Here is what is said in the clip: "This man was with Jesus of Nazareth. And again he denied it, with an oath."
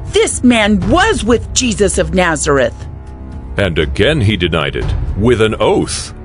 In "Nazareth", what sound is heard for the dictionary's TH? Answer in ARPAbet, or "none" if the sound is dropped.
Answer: TH